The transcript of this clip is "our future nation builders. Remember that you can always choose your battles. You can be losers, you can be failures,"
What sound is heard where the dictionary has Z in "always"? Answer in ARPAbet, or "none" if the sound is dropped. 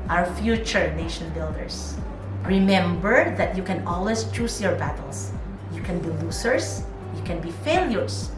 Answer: S